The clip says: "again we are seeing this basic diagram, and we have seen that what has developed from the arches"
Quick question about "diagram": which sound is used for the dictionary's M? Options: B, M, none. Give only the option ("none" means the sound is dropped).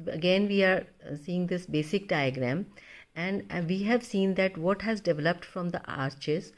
M